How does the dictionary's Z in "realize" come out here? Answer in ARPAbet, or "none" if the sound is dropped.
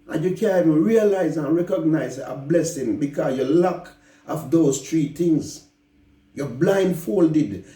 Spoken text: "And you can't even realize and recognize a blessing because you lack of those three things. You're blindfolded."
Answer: Z